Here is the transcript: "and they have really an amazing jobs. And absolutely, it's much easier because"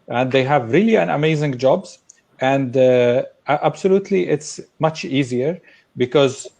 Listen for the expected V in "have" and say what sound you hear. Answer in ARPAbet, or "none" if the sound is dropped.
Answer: V